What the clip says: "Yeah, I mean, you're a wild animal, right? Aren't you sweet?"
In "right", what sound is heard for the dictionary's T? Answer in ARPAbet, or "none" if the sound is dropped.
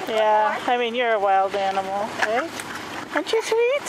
none